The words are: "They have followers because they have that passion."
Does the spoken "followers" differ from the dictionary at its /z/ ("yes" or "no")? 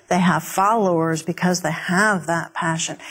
no